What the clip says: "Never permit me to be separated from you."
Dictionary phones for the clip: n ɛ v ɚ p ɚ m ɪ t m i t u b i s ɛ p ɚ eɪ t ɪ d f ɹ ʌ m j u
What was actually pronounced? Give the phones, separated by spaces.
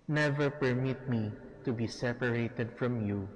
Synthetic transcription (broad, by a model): n ɛ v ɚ p ɚ m ɪ t m i t u b i s ɛ p ɚ eɪ t ɪ d f ɹ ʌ m j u